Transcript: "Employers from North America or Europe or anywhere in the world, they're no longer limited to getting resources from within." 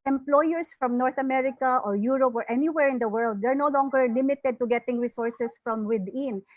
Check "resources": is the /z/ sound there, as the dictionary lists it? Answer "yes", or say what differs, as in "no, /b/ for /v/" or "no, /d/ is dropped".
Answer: no, /s/ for /z/